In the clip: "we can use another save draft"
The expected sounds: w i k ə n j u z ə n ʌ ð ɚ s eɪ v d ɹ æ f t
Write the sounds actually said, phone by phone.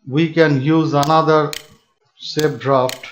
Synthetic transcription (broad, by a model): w i k ə n j u z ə n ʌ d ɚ s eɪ p d ɹ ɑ f t